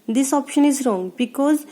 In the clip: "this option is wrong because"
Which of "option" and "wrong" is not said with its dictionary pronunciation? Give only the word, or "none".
none